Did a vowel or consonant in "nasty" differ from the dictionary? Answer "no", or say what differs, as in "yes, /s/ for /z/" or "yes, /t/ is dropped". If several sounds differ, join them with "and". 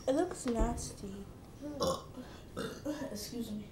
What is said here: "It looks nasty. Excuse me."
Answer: yes, /l/ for /n/